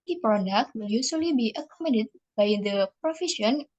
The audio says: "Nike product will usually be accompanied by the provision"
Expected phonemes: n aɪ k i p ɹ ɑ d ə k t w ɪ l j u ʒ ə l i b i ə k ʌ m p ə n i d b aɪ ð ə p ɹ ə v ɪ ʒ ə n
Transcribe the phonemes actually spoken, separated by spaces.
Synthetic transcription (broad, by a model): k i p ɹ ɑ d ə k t w ɪ l j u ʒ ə l i b i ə k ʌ m ə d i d b aɪ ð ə p ɹ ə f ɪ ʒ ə n